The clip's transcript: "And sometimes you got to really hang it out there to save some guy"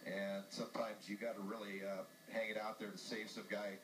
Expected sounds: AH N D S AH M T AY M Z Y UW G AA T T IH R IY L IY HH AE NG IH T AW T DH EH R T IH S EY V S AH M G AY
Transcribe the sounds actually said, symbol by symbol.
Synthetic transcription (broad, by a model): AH N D S AH M T AY M Z Y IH G AA T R IH L IY IY HH AE NG IH T AW T DH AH R T IH S EY V S AH M G AY